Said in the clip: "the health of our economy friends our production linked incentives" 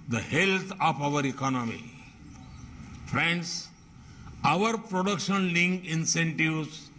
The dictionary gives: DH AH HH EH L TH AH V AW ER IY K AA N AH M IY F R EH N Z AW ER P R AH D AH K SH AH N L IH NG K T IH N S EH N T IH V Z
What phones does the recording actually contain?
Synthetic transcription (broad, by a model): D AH HH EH L T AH P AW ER IY K AA N AH M IY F R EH N S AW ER P R AH D AH K SH AH N L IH NG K IH N S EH N T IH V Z